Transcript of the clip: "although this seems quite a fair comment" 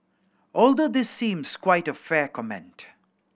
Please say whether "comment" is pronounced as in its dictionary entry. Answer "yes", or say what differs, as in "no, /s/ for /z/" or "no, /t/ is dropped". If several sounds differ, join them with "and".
yes